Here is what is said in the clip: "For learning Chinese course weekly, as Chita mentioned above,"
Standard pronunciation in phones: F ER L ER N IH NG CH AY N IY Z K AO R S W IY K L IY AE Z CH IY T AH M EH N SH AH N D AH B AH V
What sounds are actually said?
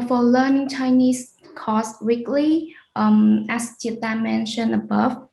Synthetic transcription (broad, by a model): F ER L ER N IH NG CH AY N IY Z K AO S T W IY K L IY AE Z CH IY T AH M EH N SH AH N AH B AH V